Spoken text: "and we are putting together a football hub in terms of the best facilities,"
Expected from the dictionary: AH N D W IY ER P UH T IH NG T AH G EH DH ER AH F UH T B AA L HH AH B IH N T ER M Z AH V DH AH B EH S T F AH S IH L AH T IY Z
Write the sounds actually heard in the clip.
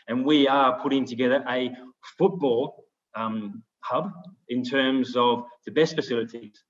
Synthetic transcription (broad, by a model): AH N W IY ER P UH T IH NG T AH G EH DH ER AH F UH T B AA L HH AH B IH N T ER M Z AH V DH AH B EH S T F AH S IH L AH T IY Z